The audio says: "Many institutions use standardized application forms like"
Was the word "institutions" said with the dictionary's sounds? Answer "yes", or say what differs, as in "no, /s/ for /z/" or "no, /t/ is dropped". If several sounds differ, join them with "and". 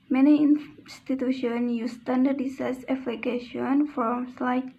no, /z/ is dropped